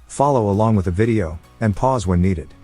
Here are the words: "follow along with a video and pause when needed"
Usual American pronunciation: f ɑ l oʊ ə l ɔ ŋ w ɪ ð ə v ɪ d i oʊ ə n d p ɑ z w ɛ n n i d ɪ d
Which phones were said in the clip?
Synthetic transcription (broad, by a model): f ɑ l oʊ ə l ɔ ŋ w ɪ ð ə v ɪ d i oʊ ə n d p ɑ z w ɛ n n i d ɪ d